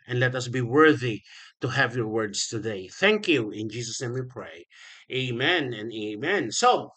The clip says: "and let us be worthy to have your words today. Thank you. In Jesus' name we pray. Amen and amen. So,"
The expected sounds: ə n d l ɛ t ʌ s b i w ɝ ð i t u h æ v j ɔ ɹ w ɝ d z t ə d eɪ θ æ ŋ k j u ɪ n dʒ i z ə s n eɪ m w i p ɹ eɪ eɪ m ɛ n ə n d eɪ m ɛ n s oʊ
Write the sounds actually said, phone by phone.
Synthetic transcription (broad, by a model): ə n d l ɛ t ʌ s b i w ɝ ð i t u h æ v j ɔ ɹ w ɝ d s t ə d eɪ θ æ ŋ k j u ɪ n dʒ i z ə s n eɪ m w i p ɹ eɪ eɪ m ɛ n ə n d eɪ m ɛ n s oʊ